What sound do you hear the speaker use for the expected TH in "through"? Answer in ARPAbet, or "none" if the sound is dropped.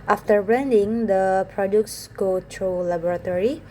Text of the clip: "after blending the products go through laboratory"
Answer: T